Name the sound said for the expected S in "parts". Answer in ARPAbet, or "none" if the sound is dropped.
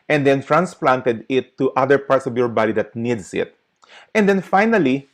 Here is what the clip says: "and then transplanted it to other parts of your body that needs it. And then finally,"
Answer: S